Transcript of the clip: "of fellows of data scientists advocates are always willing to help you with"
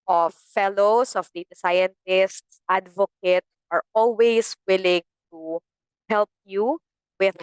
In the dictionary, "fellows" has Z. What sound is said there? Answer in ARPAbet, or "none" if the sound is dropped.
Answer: S